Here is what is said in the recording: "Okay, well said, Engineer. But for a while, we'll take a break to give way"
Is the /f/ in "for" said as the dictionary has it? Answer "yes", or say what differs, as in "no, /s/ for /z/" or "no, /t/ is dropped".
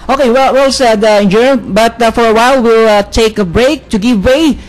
yes